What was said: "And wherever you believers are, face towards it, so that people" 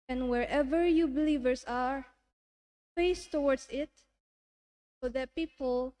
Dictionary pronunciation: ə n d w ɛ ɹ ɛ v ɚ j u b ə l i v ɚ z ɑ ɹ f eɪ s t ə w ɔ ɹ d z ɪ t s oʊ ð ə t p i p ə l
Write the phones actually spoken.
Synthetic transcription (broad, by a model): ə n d w ɛ ɹ ɛ v ɚ j u b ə l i v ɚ s ɑ ɹ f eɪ s t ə w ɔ ɹ d s ɪ t s oʊ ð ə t p i p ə l